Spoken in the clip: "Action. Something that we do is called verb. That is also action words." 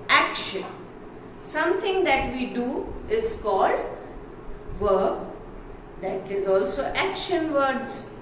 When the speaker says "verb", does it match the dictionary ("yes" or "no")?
yes